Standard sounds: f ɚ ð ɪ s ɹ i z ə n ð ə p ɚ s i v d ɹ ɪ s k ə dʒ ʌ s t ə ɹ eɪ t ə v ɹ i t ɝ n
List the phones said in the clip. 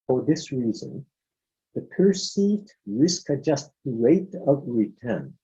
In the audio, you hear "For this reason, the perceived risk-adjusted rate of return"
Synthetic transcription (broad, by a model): f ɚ ð ɪ s ɹ i z ə n ð ə p ɚ s i v d ɹ ɪ s k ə dʒ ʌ s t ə ɹ eɪ t ə v ɹ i t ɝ n